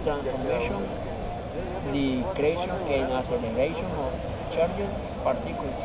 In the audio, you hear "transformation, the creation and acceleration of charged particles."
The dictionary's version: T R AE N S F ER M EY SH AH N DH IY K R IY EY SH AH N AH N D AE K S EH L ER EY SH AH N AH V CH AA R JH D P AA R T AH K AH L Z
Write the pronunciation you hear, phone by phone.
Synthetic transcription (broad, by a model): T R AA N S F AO M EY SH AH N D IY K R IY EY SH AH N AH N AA S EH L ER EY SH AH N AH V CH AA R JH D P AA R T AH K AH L